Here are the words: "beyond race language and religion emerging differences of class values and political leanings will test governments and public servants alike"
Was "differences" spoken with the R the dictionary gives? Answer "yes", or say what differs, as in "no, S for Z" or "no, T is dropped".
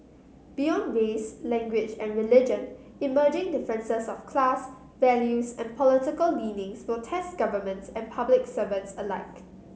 no, R is dropped